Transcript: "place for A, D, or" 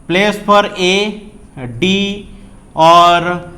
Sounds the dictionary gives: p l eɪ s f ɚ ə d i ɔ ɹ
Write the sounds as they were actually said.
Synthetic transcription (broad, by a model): p l eɪ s p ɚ ə d i ɔ ɹ